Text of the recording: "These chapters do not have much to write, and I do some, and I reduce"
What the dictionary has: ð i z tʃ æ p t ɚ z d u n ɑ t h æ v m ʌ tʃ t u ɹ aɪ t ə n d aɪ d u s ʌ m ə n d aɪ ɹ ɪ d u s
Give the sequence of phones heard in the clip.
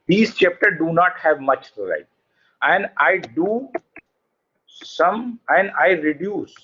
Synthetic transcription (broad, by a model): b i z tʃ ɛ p t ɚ d u n ɑ t h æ v m ʌ tʃ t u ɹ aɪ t ə n d aɪ d u s ʌ m ə n d aɪ ɹ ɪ d u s